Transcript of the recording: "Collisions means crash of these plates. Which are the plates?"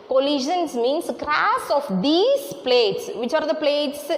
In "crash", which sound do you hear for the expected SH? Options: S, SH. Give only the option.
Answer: S